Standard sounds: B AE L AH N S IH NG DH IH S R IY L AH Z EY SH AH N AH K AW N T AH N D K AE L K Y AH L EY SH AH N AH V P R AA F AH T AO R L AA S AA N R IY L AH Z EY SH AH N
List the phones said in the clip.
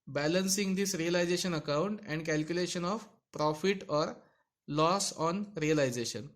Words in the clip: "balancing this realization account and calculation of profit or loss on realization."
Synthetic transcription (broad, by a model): B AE L AH N S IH NG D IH S R IY L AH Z EY SH AH N AH K AW N T AH N D K AE L K Y AH L EY SH AH N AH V P R AA F AH T AO R L AA S AA N R IY L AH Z EY SH AH N